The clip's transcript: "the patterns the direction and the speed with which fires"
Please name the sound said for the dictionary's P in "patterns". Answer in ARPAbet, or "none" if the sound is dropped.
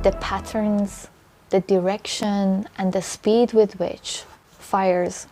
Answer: P